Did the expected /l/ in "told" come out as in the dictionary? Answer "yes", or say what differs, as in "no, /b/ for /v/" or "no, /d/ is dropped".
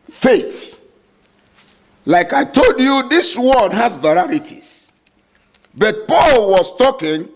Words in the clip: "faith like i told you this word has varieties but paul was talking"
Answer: yes